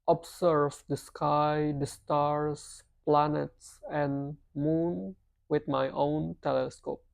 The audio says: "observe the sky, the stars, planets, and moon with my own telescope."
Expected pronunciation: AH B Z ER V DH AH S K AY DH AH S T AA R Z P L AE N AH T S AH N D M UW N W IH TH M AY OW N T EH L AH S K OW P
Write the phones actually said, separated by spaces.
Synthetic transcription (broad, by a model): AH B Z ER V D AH S K AY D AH S T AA R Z P L AE N AH T S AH N M UW N W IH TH M AY OW N T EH L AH S K OW P